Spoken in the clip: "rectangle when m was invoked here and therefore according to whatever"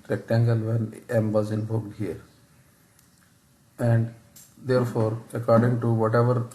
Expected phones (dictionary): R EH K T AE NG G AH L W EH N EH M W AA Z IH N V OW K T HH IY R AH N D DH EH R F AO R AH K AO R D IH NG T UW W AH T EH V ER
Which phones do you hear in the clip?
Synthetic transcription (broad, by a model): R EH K T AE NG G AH L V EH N EH M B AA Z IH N B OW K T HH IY R AH N D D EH R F AO R AH K AO R D IH NG T UW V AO T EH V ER